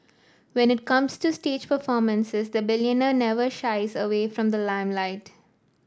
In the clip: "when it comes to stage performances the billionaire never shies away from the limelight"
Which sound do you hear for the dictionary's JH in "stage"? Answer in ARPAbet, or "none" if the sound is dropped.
JH